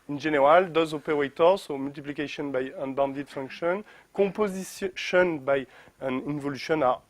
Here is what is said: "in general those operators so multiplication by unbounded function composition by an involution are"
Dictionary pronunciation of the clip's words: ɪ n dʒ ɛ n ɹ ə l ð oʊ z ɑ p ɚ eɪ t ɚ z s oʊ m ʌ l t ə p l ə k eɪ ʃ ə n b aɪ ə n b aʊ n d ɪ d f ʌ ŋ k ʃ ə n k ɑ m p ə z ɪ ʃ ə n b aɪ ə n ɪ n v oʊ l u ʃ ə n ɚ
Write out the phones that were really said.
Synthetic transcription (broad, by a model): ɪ n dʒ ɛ n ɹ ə l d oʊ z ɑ p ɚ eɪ t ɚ s oʊ m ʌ l t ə p l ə k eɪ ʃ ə n b aɪ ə n b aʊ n d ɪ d f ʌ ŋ k ʃ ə n k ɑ p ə z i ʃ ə n b aɪ ə n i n v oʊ l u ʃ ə n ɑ